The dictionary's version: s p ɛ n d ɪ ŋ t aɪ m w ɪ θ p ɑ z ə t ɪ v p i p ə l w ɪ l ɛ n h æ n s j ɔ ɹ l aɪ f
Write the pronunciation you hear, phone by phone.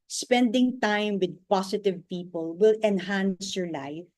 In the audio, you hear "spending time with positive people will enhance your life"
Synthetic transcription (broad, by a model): s p ɛ n d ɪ ŋ t aɪ m w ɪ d p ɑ s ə t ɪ v p i p ə l w ɪ l ɛ n h æ n s j ɔ ɹ l aɪ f